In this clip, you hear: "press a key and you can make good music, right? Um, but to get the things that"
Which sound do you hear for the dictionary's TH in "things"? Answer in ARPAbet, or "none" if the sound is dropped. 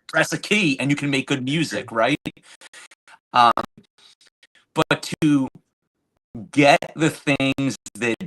TH